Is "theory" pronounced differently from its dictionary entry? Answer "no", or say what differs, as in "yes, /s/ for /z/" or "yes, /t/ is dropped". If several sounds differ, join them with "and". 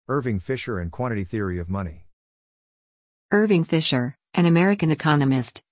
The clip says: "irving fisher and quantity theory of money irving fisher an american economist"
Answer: no